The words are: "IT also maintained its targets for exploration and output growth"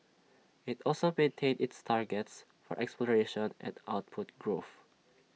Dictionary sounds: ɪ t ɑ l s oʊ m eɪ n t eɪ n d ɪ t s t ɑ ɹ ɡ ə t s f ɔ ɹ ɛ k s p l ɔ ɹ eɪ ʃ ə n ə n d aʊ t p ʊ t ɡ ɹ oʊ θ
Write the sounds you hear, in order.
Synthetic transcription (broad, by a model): ɪ t ɑ l s oʊ m eɪ n t eɪ n d ɪ t s t ɑ ɹ ɡ ə t s f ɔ ɹ ɛ k s p l ɔ ɹ eɪ ʃ ə n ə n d aʊ t p ʊ t ɡ ɹ oʊ θ